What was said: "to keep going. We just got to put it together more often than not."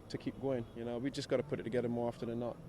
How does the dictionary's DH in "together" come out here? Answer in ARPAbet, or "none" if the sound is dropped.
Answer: DH